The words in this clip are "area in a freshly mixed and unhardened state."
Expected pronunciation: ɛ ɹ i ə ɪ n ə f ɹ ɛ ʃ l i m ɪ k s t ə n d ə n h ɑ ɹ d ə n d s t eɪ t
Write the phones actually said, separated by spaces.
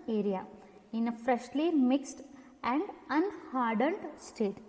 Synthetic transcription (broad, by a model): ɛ ɹ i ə ɪ n ə f ɹ ɛ ʃ l i m ɪ k s t ə n d ə n h ɑ ɹ d ə n d s t eɪ t